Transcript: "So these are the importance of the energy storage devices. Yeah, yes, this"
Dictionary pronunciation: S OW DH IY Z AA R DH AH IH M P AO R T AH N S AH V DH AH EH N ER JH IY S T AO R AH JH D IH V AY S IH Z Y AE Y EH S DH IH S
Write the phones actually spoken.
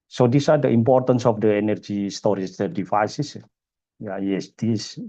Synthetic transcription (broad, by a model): S OW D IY S AA R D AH IH M P AO R T AH N S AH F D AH EH N ER JH IY S T AO R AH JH D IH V AY S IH S Y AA Y EH S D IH S